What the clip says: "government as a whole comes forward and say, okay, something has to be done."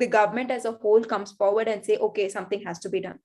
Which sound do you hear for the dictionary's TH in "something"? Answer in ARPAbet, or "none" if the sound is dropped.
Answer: T